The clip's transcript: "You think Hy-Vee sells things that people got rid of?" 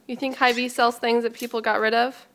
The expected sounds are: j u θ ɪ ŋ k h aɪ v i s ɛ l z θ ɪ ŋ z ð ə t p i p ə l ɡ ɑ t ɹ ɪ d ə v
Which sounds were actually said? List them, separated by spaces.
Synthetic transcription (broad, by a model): j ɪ θ ɪ ŋ k h aɪ v i s ɛ l z θ ɪ ŋ z ð ə t p i p l ɡ ɑ t ɹ ɪ d ə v